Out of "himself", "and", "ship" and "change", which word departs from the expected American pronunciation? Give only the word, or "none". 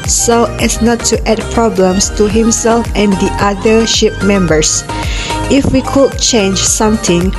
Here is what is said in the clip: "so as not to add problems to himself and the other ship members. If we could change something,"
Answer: none